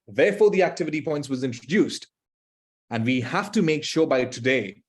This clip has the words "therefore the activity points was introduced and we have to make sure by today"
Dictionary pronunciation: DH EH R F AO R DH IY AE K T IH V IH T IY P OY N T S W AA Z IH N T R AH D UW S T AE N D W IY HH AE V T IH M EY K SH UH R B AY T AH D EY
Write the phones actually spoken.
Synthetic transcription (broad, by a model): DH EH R F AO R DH IY AE K T IH V IH T IY P OY N T S W AA Z IH N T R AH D UW S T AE N D W IY HH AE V T IH M EY K SH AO B AY T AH D EY